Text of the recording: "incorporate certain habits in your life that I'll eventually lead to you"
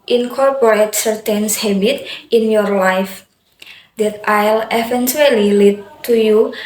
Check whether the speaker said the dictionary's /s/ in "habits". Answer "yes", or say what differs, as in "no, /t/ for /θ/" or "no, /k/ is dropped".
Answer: no, /s/ is dropped